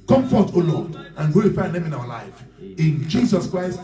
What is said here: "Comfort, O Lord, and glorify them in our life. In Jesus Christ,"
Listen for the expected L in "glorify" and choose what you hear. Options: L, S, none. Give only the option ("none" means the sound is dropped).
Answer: none